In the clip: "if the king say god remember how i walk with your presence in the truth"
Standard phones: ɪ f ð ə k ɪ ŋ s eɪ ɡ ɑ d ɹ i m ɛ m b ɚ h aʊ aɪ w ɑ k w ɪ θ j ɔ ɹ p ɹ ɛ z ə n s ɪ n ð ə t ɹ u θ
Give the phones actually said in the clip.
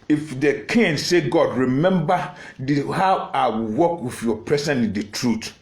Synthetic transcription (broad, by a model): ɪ f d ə k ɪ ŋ s eɪ ɡ ɑ d ɹ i m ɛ m b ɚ h aʊ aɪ w ɑ k w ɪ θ j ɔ p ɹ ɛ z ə n ɪ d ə t ɹ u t